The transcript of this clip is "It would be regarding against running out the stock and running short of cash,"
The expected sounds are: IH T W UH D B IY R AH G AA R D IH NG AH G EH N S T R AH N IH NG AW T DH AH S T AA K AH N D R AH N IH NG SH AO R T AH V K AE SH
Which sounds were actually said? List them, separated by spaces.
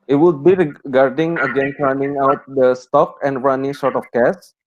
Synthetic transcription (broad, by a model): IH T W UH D B IY R AH G AA R D IH NG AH G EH N T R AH N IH NG AW T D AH S T AA K AH N D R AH N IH NG S AO R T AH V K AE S